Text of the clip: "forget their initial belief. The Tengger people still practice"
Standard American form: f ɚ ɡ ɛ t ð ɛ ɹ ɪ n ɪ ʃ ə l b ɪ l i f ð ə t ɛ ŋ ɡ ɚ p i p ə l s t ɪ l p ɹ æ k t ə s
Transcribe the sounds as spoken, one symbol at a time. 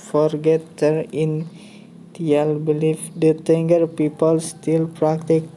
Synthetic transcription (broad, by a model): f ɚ ɡ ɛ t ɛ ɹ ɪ n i ə l b ɪ l i f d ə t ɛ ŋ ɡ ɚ p i p ə l s t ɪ l p ɹ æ k t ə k